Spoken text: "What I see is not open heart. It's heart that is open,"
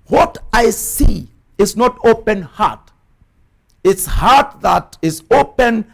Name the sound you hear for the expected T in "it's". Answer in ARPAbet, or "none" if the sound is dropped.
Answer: T